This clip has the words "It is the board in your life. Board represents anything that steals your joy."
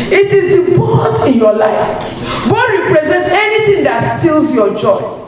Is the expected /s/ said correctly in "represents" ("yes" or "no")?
no